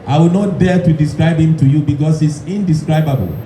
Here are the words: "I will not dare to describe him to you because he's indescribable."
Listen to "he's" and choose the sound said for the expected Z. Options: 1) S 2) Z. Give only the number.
1